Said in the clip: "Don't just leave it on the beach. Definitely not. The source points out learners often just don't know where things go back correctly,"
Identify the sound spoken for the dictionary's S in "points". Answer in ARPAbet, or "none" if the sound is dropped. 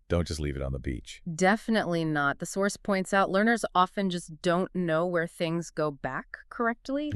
S